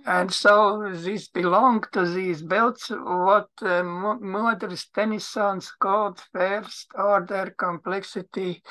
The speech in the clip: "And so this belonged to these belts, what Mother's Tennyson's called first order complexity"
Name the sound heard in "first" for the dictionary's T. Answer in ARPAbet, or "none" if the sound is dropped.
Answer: T